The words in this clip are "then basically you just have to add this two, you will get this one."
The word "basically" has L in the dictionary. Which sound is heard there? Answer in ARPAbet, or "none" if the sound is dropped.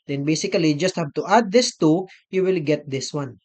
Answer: none